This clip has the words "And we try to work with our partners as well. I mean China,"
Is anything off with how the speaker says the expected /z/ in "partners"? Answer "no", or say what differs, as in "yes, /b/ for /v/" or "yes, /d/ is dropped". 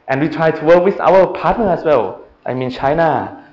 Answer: yes, /z/ is dropped